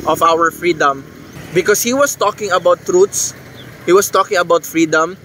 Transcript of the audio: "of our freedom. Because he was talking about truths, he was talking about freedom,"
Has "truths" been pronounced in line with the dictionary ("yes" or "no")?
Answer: no